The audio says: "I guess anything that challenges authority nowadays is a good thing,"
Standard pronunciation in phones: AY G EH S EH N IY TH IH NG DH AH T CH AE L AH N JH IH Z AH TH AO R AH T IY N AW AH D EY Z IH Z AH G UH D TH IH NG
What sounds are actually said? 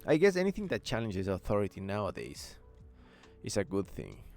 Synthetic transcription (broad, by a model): AY G EH S EH N IY TH IH NG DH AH T CH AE L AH N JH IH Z AH TH AO R AH T IY N AW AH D EY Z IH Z AH G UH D TH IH NG